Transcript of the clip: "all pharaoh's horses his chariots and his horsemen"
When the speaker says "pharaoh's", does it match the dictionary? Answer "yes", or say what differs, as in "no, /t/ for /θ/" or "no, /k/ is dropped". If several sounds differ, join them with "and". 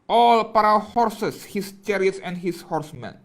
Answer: no, /p/ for /f/ and /z/ is dropped